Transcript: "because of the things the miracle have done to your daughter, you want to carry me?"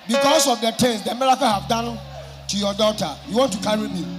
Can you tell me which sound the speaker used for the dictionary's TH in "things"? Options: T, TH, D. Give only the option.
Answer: T